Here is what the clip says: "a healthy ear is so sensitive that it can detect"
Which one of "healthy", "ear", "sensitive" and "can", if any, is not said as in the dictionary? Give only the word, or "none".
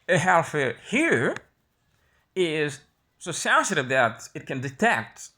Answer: healthy